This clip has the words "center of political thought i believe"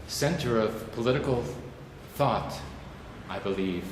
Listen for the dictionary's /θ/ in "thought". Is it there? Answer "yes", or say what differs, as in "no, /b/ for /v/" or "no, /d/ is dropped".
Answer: yes